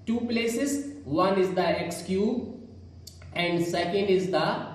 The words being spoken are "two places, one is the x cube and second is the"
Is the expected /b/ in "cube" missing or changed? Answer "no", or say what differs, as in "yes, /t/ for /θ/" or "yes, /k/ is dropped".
yes, /b/ is dropped